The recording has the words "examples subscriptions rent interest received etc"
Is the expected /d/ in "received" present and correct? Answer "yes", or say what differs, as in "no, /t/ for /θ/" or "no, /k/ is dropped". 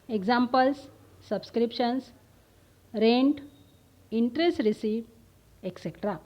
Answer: no, /d/ is dropped